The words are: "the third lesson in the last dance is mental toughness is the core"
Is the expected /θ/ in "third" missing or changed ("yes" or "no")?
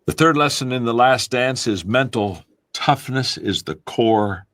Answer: no